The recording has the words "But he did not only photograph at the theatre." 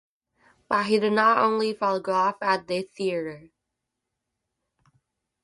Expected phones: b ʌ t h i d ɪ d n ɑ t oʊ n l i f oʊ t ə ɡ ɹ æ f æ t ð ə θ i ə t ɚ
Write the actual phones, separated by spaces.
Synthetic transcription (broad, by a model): b ʌ t h i d ɪ d n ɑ t oʊ n l i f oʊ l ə ɡ ɔ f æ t ð ə θ i ə t ɚ